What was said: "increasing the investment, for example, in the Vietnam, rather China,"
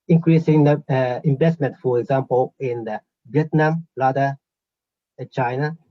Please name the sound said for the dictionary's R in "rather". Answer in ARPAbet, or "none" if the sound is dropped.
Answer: L